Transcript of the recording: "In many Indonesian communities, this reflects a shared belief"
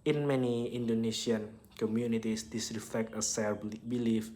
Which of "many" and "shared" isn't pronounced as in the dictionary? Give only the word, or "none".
shared